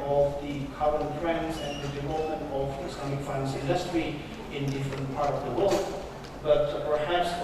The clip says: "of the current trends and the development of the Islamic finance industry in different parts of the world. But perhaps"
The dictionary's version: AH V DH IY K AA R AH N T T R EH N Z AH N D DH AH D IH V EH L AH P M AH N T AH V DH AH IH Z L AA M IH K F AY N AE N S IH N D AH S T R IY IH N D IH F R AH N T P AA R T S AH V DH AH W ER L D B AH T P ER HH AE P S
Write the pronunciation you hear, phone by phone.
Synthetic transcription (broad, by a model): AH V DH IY K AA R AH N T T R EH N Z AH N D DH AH D IH V EH L AH P M AH N T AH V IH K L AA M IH K F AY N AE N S IH N D AH S T R IY IH N D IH F R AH N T P AA R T AH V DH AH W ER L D B AH T P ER HH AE P S